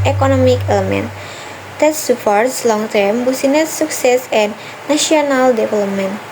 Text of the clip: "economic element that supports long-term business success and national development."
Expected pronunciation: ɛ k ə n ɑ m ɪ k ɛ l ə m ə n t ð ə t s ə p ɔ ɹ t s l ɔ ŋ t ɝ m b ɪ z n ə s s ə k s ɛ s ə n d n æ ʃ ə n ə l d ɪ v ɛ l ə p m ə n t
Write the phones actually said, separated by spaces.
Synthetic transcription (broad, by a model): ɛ k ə n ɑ m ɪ k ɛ l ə m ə n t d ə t s ə p ɔ ɹ t s l ɔ ŋ t ɝ m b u s n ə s s ə k s ɛ s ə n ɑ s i ə n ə l d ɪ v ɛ l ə p m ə n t